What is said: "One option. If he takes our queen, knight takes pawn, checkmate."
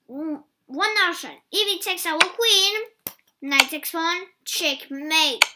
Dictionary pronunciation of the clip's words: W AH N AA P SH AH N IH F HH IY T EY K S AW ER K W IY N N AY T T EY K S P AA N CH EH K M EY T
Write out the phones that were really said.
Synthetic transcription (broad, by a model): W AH N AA SH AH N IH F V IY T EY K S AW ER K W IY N N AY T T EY K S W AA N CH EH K M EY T